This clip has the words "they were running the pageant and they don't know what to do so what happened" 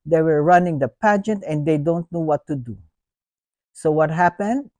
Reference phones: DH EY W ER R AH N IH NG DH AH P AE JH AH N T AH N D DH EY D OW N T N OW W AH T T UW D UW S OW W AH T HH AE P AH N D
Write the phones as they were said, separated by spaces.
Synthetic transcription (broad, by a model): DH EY W ER R AH N IH NG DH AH P AE JH AH N T AH N D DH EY D OW N T N OW W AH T T UW D UW S OW W AH T HH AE P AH N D